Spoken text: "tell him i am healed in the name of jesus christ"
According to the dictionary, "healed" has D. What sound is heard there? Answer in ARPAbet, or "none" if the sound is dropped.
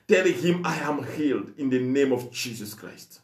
D